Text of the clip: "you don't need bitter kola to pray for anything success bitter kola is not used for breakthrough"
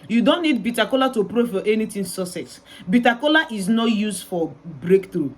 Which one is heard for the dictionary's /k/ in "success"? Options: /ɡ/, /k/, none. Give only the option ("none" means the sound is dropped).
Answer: none